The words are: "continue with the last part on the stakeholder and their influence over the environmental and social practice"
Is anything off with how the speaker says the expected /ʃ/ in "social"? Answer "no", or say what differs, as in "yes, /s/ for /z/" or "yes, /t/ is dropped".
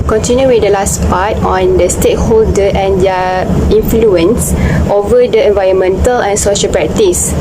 no